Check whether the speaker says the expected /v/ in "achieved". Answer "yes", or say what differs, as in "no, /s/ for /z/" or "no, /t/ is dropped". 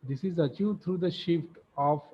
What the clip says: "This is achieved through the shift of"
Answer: no, /v/ is dropped